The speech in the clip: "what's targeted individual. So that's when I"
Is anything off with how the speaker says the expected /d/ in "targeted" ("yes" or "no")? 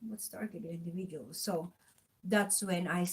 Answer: yes